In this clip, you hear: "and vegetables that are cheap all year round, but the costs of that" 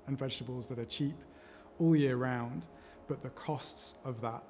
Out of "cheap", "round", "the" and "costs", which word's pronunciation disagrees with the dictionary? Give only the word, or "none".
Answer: none